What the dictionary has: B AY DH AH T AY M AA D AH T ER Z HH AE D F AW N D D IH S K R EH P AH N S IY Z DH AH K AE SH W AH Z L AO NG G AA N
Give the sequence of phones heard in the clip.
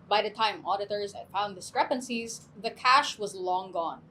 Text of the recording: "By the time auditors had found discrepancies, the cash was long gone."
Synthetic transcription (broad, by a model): B AY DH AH T AY M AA D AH T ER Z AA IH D F AW N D D IH S K R EH P AH N S IY Z DH AH K AE SH W AH Z L AO NG G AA N